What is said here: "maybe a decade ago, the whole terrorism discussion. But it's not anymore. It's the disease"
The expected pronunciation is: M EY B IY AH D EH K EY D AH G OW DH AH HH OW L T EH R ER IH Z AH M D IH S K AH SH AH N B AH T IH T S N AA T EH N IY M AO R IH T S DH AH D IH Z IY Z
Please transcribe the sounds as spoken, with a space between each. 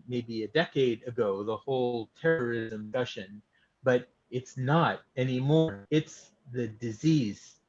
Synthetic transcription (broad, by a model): M EY B IY AH D EH K EY D AH G OW DH AH HH OW L T EH R ER IH Z AH M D AH SH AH N B AH T IH T S N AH T EH N IY M AO R IH T S DH AH D IH Z IY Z